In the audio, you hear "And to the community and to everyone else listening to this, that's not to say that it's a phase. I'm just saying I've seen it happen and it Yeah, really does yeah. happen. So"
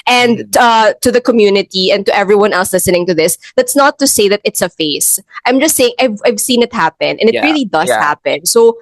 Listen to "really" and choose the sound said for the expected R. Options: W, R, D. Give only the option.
R